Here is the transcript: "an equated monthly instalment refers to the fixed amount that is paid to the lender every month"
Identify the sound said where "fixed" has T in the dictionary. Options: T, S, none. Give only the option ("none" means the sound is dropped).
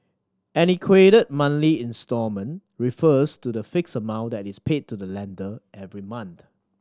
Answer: none